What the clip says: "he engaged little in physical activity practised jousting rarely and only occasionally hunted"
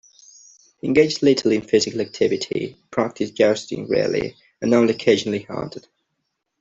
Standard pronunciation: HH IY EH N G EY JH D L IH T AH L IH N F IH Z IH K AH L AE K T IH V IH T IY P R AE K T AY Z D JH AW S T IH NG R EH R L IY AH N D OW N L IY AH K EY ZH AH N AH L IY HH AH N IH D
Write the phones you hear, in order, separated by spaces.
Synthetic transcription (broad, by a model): HH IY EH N G EY JH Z L IH T AH L IH N F IH Z IH K AH L AE K T IH V IH T IY P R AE K T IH S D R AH S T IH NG R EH L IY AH N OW L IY AH K EY ZH AH N AH L IY HH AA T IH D